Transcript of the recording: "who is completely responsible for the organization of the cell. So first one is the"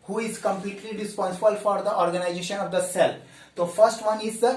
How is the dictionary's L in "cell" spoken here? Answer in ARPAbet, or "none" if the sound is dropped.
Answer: L